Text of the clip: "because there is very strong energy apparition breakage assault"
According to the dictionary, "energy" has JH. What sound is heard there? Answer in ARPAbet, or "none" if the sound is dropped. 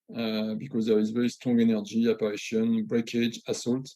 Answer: JH